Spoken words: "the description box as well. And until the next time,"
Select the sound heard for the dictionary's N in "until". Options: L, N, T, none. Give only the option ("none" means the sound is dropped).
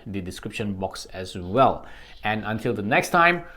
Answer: N